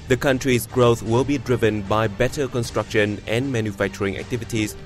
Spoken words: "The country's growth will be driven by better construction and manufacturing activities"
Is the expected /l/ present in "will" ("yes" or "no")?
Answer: yes